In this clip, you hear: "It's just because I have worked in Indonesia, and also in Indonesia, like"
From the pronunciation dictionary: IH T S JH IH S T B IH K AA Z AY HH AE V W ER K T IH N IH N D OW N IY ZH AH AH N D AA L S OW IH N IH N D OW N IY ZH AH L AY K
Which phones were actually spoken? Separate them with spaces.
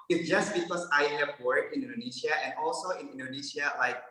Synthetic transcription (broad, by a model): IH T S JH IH S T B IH K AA S AY HH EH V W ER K IH N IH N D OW N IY SH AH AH N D AA L S OW IH N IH N D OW N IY SH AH L AY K